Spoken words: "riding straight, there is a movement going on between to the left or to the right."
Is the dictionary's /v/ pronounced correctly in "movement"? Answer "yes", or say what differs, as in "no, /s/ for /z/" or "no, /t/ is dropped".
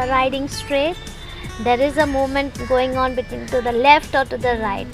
no, /v/ is dropped